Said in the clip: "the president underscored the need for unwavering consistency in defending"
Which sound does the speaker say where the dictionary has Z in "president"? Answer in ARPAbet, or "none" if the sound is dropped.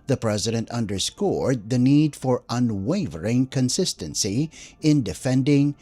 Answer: Z